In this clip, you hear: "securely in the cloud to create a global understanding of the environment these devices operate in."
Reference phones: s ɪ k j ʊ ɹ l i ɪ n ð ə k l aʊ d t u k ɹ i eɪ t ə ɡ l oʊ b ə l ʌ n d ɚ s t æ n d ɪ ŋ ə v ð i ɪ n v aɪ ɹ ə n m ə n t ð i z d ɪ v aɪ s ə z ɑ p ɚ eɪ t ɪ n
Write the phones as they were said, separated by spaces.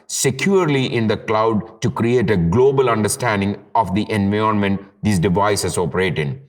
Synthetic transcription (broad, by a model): s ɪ k j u ɹ l i ɪ n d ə k l aʊ d t u k ɹ i eɪ t ə ɡ l oʊ b ə l ʌ n d ɚ s t æ n d ɪ ŋ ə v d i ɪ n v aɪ ə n m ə n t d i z d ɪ v aɪ s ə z ɑ p ɚ eɪ t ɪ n